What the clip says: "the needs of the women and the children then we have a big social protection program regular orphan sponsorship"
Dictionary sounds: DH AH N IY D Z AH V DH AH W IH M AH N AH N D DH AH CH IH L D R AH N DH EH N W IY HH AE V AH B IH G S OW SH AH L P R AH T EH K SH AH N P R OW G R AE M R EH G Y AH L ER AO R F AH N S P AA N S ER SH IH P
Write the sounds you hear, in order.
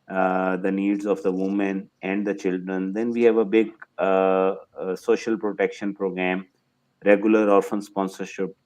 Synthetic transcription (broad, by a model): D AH N IY D Z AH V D AH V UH M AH N AH N D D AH CH IH L D R AH N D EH N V IY HH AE V AH B IH G S OW SH AH L P R AH T EH K SH AH N P R OW G R AE M R EH G Y AH L ER AO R F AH N S P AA N S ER SH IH P